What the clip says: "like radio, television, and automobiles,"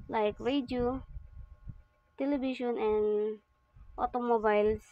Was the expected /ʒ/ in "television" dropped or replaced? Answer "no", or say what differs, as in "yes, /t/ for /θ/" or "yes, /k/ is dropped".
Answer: yes, /ʃ/ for /ʒ/